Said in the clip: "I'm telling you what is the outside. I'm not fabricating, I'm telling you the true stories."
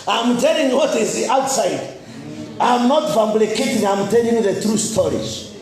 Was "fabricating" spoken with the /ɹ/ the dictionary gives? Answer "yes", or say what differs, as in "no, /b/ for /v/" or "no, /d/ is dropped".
no, /l/ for /ɹ/